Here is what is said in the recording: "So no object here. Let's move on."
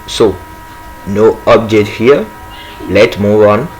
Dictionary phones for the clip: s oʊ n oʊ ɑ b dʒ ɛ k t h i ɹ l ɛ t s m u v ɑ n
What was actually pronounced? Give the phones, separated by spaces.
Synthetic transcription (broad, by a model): s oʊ n oʊ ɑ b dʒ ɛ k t h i ɹ l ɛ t m u v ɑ n